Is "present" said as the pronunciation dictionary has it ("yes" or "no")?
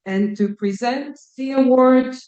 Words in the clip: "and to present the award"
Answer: yes